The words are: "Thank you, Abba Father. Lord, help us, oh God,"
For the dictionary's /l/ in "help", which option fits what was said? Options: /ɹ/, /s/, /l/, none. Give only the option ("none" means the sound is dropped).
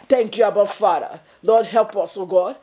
/l/